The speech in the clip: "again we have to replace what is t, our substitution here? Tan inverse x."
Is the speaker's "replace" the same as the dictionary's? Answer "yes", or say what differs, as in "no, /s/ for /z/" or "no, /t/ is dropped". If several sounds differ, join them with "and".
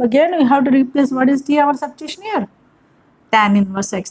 yes